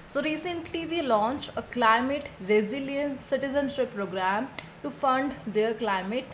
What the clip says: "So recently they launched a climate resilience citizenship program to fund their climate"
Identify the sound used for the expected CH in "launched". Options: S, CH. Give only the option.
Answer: CH